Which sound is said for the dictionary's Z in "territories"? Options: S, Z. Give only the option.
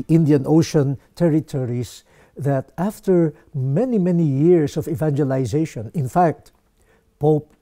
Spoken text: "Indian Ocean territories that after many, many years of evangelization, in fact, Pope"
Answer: S